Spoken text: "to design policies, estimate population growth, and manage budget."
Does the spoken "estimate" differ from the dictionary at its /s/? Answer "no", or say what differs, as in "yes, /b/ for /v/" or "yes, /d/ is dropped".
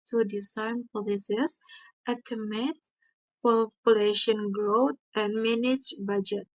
yes, /s/ is dropped